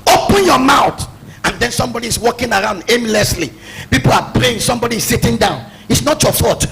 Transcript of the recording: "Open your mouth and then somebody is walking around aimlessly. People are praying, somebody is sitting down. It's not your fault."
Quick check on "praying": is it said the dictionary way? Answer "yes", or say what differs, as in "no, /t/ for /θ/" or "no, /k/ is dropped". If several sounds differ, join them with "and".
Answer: yes